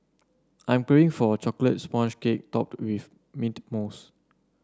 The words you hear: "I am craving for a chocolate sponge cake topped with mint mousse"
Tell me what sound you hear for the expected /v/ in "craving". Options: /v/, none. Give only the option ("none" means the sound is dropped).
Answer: none